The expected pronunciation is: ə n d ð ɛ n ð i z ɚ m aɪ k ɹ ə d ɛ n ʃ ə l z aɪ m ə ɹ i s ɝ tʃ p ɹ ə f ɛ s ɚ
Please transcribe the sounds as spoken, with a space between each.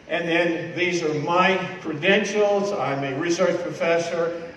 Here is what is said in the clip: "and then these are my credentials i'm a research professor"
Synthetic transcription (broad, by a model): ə n ð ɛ n ð i z ɚ m aɪ k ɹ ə d ɛ n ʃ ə l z aɪ m ə ɹ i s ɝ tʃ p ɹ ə f ɛ s ɚ